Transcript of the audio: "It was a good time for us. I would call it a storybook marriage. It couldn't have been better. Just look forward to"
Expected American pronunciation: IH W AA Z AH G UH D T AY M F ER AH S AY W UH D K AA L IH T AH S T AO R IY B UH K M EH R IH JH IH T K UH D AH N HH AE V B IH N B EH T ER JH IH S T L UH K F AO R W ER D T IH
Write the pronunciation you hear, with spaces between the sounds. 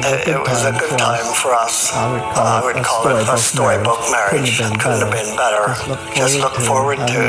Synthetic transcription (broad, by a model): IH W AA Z AH G UH D T AY M F ER AH S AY W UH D K AA L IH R AH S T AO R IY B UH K M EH R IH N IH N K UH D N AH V B IH N B EH T ER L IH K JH L UH K F AO R W ER D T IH